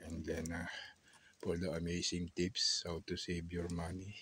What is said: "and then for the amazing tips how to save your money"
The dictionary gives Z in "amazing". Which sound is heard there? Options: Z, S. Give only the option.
S